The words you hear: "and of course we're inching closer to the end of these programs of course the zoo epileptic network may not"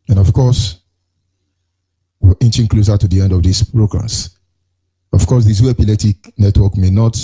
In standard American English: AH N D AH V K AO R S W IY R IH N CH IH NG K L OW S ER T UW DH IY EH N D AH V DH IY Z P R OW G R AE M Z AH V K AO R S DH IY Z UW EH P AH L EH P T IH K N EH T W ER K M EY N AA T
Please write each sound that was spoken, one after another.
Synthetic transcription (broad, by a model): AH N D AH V K AO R S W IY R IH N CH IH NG K L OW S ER T UW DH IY EH N D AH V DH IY S P R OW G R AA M S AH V K AO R S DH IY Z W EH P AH L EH T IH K N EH T W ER K M EY N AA T